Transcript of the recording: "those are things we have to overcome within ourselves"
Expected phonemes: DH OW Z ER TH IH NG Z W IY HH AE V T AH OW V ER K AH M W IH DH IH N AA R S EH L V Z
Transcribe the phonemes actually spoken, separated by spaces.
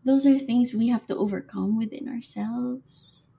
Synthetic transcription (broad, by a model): DH OW Z ER TH IH NG Z W IY HH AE F T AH OW V ER K AH M W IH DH IH N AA R S EH L V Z